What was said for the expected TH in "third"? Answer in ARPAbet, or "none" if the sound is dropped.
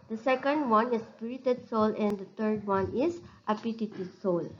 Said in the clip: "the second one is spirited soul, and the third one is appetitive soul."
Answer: T